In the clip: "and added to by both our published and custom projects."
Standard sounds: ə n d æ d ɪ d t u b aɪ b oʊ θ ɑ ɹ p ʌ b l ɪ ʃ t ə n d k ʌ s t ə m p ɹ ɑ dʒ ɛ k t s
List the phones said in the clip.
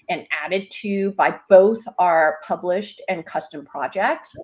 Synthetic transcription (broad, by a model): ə n æ d ɪ d t u b aɪ b oʊ θ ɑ ɹ p ʌ b l ɪ ʃ t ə n k ʌ s t ə m p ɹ ɑ dʒ ɛ k t s